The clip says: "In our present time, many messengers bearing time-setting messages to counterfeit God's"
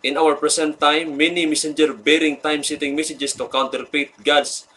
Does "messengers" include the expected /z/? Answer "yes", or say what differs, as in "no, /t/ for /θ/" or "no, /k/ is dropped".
no, /z/ is dropped